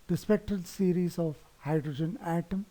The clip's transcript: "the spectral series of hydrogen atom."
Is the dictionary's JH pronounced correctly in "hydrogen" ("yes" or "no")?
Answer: yes